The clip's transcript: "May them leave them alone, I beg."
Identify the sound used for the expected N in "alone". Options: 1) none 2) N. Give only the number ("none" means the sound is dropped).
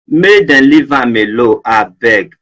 1